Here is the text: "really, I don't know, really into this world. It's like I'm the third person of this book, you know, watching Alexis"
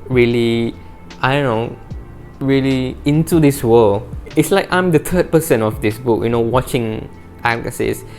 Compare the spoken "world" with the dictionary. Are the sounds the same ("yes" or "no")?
no